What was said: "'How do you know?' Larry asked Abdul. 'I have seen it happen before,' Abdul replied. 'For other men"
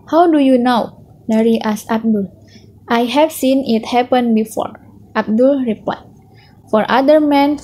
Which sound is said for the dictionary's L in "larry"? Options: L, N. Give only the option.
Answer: N